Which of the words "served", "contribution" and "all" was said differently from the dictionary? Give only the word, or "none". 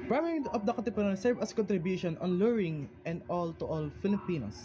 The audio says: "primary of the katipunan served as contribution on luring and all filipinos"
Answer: served